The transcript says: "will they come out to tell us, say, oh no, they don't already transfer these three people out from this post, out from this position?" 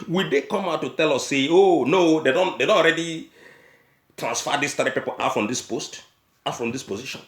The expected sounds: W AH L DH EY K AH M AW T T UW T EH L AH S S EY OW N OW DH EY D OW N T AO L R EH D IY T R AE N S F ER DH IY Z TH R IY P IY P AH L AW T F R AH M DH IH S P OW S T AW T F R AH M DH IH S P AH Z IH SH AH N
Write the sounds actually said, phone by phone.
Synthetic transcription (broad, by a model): W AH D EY K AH M AW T T UW T EH L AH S S EY OW N OW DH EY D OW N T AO N R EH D IY T R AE N S F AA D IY S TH R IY P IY P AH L AW T F R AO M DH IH S P OW S T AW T F R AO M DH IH S P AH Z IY SH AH N